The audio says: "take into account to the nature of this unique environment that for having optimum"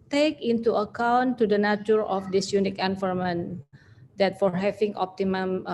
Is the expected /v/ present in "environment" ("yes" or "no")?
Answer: no